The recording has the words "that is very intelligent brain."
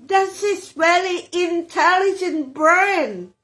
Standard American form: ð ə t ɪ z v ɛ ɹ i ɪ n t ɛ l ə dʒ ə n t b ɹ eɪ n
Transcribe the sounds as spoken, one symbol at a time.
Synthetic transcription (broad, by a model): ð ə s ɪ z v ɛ l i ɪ n t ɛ l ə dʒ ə n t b ɹ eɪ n